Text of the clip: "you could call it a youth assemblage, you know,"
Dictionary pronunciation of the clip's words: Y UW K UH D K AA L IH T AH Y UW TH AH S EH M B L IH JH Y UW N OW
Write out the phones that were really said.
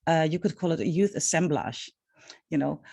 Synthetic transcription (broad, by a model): Y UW K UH D K AA L IH T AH Y UW TH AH S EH M B L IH SH Y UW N OW